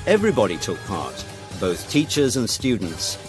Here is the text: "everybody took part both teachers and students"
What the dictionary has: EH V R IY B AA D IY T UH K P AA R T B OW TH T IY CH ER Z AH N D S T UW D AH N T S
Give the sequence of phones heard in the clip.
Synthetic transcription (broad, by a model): EH V R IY B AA D IY T UH K P AA R T B OW TH T IY CH ER Z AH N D S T UW D N T S